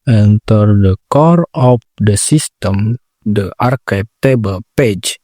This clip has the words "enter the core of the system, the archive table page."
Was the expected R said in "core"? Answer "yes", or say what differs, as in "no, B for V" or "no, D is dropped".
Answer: yes